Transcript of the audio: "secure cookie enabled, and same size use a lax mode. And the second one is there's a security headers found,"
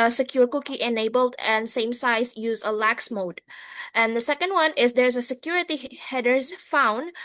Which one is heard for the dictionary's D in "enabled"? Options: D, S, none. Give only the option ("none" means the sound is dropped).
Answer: D